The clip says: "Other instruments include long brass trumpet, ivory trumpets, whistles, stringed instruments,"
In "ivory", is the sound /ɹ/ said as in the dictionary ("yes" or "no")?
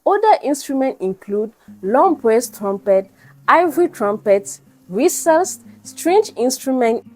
yes